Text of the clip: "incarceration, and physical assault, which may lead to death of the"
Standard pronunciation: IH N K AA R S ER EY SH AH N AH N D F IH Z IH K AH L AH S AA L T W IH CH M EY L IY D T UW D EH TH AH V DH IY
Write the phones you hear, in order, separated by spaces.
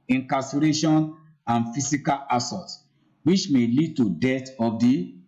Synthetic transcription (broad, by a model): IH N K AA S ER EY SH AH N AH N F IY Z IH K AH L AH S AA T W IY CH M EY L IY D T UW D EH T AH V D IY